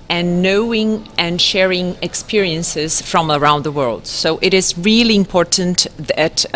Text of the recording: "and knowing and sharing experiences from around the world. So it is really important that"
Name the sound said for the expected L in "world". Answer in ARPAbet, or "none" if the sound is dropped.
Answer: L